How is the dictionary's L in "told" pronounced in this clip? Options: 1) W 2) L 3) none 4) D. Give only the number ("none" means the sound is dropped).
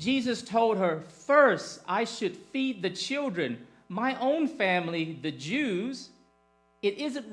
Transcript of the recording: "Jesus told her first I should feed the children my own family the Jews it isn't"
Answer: 2